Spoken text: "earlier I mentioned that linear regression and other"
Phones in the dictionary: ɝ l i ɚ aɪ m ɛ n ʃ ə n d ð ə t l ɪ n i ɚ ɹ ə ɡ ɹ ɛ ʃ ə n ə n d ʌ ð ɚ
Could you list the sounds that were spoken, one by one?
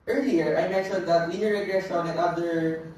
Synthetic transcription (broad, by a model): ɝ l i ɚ aɪ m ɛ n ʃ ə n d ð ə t w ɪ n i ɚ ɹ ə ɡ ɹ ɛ s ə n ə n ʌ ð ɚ